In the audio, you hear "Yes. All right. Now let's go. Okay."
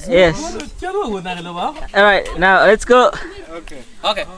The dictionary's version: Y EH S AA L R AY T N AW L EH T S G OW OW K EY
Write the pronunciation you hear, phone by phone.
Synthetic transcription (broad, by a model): Y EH S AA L R AY T N AW L EH T S G OW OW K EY